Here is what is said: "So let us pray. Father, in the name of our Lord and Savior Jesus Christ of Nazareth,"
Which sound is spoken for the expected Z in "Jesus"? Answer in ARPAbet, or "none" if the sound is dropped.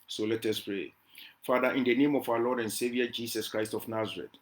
S